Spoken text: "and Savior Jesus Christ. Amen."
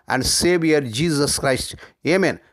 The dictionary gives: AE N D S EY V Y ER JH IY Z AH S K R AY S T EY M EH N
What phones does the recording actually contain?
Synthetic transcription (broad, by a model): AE N D S EY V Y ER JH IY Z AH S K R AY S T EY M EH N